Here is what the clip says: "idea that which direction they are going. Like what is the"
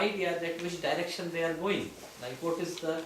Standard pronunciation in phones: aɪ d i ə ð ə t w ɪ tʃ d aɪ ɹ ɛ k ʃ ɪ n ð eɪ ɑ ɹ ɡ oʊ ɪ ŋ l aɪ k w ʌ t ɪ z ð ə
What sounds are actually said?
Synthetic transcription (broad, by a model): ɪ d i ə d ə t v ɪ tʃ d aɪ ɹ ɛ k ʃ ɪ n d eɪ ɑ ɹ ɡ oʊ ɪ ŋ n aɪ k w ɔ t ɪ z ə